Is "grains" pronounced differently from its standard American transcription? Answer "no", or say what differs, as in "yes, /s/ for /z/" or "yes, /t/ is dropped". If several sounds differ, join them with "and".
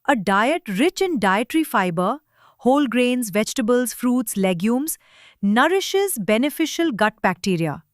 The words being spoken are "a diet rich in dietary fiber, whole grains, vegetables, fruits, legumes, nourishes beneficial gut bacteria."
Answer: no